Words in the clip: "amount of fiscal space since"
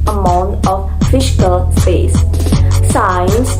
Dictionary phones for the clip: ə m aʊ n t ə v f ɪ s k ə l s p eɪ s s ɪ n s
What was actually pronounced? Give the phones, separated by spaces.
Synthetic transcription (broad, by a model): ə m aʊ n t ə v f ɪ ʃ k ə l s p eɪ s s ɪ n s